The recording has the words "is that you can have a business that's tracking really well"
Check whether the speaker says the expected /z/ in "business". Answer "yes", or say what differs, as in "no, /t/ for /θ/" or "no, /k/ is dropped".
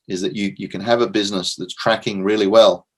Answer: yes